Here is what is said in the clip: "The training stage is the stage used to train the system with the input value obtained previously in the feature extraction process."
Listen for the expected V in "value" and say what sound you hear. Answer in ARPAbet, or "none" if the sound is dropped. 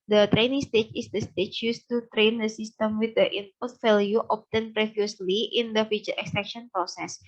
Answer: F